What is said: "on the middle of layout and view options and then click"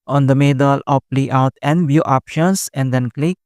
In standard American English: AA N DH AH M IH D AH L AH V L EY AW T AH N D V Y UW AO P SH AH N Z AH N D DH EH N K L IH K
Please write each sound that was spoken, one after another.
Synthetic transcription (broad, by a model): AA N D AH M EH D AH L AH P L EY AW T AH N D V Y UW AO P SH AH N S AH N D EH N K L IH K